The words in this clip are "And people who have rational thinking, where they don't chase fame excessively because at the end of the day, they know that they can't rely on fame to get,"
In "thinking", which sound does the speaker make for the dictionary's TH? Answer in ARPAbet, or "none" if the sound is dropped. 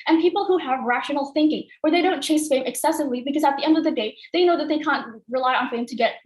TH